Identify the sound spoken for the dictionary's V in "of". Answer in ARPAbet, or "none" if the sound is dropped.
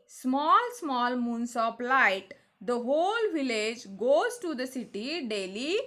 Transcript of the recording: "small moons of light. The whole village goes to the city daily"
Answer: P